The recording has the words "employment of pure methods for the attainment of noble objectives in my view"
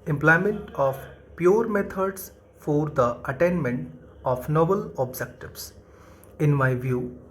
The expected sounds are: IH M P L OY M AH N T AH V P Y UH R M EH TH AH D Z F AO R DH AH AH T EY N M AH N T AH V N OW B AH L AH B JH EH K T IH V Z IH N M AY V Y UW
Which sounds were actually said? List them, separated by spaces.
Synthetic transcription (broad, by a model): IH M P L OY M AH N T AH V P Y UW R M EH T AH D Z F AO R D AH AH T EY N M AH N T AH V N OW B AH L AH B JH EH K T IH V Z IH N M AY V Y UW